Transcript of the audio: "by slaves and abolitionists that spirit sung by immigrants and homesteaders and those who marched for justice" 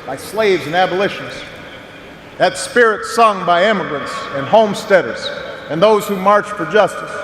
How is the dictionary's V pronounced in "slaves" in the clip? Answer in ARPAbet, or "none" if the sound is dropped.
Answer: V